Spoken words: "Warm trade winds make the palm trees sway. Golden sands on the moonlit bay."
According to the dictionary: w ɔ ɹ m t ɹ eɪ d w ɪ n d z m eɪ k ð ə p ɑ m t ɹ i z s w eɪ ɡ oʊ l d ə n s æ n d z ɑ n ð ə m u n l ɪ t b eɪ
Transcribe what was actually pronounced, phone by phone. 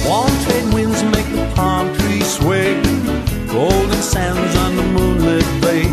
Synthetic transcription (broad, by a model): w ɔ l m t eɪ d w ɪ n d z m eɪ k ð ə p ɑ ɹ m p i s w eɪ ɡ oʊ l d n s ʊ n d z n ð ə m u n l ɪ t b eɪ